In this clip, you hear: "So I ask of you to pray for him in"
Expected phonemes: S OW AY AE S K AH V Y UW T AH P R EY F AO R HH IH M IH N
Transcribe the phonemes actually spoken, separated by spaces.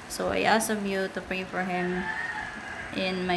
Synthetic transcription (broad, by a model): S OW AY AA S AH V Y UW T AH P R EY F AO R HH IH M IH N